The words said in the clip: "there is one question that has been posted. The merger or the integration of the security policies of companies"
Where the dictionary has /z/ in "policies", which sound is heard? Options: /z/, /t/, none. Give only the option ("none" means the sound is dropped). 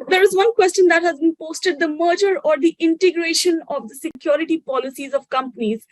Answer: /z/